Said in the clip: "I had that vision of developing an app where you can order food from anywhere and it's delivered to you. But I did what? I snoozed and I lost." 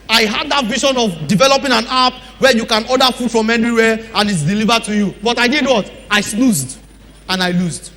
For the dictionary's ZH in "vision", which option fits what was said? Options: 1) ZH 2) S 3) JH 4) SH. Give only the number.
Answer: 4